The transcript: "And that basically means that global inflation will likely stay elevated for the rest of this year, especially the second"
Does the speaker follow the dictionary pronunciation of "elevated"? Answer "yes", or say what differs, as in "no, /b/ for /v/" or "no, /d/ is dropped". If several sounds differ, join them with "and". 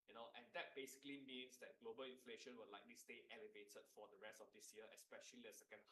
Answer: yes